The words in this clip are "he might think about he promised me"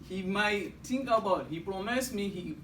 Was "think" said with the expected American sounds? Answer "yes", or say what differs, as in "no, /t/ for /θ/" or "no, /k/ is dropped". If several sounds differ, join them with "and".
no, /t/ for /θ/